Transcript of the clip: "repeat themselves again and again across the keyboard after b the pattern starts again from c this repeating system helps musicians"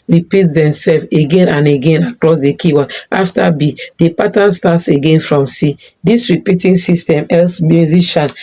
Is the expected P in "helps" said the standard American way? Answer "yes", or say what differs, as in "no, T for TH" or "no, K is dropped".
no, P is dropped